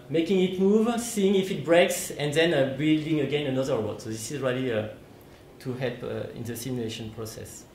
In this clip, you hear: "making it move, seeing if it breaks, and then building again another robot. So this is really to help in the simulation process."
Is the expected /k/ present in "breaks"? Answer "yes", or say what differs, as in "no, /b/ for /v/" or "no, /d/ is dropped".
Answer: yes